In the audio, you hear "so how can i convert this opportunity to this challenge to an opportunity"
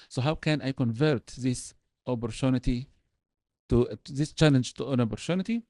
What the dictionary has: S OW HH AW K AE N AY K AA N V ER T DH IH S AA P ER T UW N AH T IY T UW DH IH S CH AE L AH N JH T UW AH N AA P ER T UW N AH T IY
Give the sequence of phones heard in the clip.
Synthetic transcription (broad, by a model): S OW HH AW K AE N AY K AA N V ER T DH IH S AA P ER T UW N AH T IY T UW DH IH S CH AE L AH N JH T UW AH N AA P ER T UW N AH T IY